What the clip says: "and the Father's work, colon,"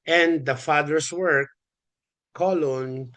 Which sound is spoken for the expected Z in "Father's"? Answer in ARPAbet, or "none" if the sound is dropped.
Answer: S